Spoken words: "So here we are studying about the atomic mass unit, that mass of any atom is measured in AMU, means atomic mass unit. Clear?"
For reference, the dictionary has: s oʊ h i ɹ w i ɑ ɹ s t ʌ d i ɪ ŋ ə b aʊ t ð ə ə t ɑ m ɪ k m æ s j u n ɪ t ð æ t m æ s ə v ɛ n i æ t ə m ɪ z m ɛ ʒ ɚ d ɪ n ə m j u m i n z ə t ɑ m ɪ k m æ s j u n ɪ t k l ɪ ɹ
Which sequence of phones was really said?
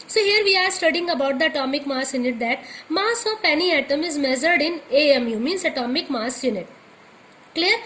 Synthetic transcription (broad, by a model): s oʊ h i ɹ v i ɑ ɹ s t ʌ d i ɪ ŋ ə b aʊ t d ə ə t ɑ m ɪ k m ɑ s j u n ɪ t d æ t m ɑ s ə p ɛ n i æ t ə m ɪ z m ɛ z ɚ d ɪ n ə m j u m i n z ə t ɑ m ɪ k m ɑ s j u n ɪ t k l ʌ ɹ